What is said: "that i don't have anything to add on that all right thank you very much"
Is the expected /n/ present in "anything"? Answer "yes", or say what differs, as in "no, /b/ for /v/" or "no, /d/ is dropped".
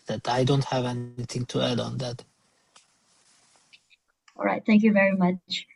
yes